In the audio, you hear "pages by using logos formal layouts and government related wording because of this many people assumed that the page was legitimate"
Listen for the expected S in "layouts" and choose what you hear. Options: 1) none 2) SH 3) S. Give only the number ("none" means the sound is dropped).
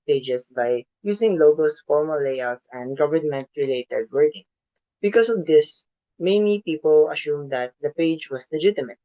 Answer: 3